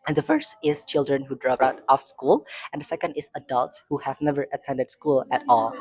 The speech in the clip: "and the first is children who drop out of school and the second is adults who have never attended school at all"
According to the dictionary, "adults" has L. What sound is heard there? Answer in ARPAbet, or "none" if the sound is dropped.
L